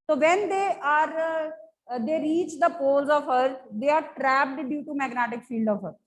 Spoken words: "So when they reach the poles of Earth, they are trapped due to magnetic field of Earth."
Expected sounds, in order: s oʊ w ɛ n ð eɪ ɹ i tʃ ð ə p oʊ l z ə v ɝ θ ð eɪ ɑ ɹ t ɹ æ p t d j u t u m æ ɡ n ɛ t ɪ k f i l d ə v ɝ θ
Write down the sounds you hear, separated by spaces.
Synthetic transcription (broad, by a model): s oʊ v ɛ n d eɪ ɹ i tʃ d ə p oʊ l z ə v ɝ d eɪ ɑ ɹ t ɹ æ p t d j u t u m æ ɡ n ɛ t ɪ k f i l d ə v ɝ